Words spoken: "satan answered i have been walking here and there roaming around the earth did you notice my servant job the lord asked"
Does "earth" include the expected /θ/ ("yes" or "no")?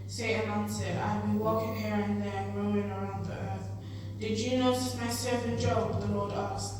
yes